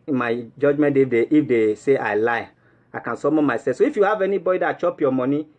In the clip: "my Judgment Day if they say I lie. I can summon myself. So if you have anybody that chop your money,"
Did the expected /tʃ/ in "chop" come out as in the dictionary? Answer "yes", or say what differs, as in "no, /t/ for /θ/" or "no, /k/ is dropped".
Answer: yes